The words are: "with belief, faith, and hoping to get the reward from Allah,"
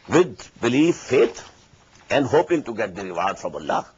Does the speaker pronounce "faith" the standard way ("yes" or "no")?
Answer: no